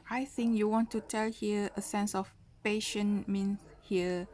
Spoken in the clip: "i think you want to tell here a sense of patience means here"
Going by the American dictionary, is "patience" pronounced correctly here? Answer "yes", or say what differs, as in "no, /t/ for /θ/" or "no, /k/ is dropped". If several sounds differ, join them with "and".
no, /s/ is dropped